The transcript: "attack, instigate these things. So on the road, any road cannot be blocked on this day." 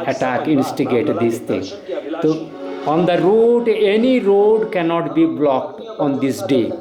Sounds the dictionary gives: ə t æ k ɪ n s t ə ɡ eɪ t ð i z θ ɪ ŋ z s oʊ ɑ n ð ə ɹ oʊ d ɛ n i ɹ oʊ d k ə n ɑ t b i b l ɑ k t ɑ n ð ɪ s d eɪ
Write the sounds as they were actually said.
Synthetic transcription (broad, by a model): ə t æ k ɪ n s t ə ɡ eɪ t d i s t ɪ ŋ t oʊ ɑ n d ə ɹ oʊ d ɛ n i ɹ oʊ d k ə n ɑ t b i b l ɑ k t ɑ n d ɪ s d eɪ